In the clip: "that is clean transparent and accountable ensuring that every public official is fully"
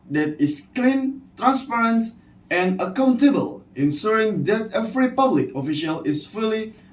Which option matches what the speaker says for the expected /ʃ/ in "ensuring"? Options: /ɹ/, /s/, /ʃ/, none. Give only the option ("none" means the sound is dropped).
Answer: /s/